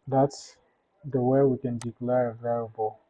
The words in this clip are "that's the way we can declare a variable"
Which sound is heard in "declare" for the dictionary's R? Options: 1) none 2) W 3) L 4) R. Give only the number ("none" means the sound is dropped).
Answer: 4